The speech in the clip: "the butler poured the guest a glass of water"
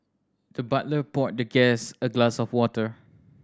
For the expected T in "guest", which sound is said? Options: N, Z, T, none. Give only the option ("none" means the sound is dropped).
none